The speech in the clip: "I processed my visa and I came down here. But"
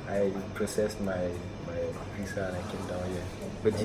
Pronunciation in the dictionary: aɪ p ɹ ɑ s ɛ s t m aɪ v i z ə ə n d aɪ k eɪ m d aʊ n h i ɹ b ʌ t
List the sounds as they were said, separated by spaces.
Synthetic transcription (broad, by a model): aɪ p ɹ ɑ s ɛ s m m aɪ p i s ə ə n aɪ k eɪ m d aʊ n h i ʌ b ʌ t